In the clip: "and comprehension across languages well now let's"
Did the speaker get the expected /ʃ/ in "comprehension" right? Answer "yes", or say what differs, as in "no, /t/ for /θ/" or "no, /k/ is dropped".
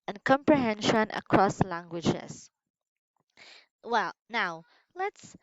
yes